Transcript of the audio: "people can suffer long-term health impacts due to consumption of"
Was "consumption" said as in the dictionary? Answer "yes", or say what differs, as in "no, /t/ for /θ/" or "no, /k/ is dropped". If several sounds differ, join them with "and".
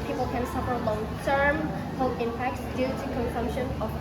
yes